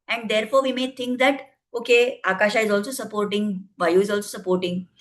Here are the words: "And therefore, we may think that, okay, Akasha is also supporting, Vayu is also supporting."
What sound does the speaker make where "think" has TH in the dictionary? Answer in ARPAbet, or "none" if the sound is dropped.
T